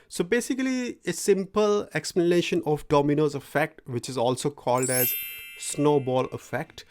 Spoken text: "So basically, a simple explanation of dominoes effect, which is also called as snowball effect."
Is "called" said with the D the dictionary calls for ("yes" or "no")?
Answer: yes